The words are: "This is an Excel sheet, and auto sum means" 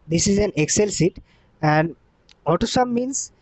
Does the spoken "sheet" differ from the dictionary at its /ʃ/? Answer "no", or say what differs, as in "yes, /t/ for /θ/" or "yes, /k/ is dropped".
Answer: yes, /s/ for /ʃ/